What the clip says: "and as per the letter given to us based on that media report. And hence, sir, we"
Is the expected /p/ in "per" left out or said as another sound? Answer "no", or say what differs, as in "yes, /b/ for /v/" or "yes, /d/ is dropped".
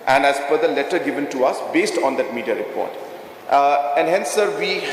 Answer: yes, /f/ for /p/